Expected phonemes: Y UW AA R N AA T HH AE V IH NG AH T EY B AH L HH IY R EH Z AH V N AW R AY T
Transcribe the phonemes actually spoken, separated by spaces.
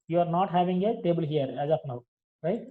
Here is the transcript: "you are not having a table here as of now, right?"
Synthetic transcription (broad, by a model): Y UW AA R N AA T HH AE V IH NG AH T EY B AH L HH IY R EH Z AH P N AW R AY T